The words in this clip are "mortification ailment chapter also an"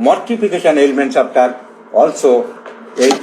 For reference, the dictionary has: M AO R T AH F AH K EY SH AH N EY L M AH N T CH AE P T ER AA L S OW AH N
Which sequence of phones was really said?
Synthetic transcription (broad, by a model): M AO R T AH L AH K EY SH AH N EY L M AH N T S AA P T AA AA L S OW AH